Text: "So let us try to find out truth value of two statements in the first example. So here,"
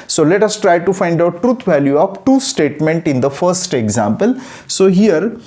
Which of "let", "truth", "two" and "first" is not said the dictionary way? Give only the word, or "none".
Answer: truth